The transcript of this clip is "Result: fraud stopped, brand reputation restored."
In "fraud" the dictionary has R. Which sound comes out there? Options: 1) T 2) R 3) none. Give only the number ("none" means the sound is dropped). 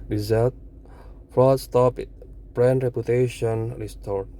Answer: 3